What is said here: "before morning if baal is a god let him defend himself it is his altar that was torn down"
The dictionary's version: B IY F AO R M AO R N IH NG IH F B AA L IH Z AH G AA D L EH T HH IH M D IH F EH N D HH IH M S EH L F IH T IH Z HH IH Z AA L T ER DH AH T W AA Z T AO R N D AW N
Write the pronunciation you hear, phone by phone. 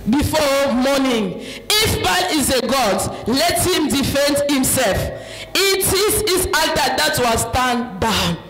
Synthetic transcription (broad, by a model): B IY F AO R M AO N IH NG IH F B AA N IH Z AH G AA D L EH T HH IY M D IH F EH N D HH IH M S EH L F IH T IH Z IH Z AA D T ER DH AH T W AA S T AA N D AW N